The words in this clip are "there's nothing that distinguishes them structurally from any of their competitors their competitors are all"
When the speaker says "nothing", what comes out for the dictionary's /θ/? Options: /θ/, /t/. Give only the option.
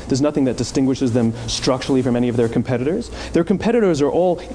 /θ/